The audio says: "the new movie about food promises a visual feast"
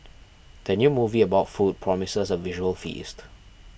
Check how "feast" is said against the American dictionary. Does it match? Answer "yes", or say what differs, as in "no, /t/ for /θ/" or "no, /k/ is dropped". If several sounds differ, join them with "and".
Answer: yes